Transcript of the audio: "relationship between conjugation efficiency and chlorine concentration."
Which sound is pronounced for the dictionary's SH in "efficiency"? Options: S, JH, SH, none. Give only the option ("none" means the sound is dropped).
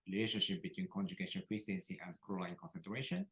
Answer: S